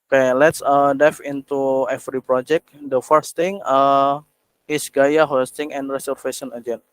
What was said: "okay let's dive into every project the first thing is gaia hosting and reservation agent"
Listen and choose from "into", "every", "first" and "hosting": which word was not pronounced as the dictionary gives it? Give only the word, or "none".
every